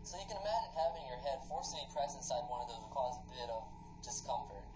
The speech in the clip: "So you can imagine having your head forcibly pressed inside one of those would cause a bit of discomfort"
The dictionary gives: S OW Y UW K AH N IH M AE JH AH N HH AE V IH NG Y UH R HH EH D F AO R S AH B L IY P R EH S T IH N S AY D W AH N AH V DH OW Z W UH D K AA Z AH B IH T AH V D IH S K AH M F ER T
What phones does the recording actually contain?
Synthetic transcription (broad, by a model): S OW Y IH K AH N IH M AE JH AH N HH AE V IH NG Y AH R HH EH D F AO R S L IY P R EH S IH N S AY D W AH N AH V DH OW Z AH K AA Z AH B IH T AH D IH S K AH M F ER T